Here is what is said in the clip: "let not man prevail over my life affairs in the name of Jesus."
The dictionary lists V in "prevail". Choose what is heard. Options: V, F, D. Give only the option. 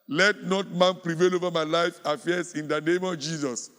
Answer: V